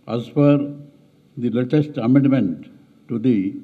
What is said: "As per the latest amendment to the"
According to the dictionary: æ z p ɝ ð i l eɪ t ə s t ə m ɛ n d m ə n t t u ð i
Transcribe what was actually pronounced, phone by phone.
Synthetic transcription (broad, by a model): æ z f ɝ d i l eɪ t ə s t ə m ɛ n d m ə n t t u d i